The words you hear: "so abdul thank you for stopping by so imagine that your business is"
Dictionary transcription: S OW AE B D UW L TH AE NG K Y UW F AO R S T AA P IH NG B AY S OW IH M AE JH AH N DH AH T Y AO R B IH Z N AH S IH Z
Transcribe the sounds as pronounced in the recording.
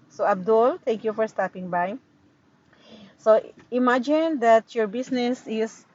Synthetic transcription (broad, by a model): S OW AE B D UW L T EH NG K Y UW F AO R S T AA P IH NG B AY S OW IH M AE JH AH N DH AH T Y AO R B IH S N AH S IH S